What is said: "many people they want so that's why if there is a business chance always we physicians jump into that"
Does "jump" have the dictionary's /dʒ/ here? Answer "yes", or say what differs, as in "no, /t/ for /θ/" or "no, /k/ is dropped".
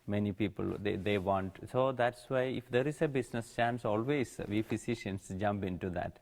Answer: yes